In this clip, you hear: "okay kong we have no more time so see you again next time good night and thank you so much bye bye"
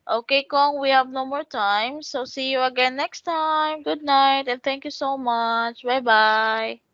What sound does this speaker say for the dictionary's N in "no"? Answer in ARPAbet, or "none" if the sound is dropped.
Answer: N